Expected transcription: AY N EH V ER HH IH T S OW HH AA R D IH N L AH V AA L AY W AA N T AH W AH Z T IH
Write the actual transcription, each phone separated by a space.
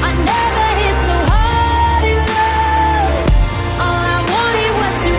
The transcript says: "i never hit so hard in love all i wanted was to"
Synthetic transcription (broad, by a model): AY N EH V ER HH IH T S OW HH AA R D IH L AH AA L AY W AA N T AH W AH Z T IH